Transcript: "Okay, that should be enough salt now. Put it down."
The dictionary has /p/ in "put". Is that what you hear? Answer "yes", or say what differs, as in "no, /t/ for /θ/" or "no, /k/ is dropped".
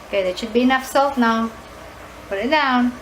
no, /b/ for /p/